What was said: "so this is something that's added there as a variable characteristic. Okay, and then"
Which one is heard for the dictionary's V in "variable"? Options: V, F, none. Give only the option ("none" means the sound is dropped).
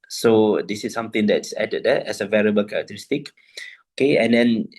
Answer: V